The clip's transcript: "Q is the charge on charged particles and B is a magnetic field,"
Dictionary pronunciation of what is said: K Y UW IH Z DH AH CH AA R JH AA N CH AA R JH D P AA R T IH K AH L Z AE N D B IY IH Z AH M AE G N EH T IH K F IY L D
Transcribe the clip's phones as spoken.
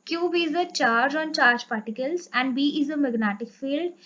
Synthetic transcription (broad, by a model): K Y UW IH Z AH CH AA R JH AA N CH AA R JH P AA R T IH K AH L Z AE N D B IY IH Z AH M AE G N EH T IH K F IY L D